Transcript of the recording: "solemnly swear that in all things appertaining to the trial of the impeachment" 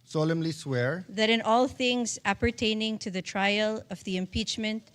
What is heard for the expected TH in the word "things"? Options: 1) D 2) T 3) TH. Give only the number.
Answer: 3